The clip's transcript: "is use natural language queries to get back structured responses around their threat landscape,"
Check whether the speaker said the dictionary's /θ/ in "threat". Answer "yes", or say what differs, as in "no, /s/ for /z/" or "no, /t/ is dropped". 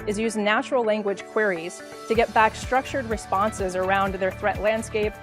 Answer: yes